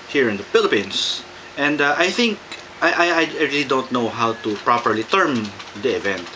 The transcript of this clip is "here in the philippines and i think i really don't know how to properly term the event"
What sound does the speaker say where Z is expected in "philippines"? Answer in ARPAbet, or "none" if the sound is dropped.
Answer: S